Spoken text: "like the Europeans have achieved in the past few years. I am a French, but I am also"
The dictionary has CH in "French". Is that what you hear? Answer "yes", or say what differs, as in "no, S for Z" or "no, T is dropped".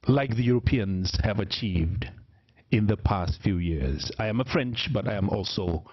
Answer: yes